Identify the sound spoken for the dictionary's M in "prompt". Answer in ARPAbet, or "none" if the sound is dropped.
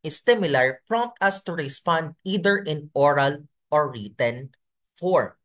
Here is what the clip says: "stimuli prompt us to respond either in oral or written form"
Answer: M